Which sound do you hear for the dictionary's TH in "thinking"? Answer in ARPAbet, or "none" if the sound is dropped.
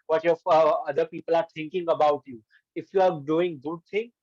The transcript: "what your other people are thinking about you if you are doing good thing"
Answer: T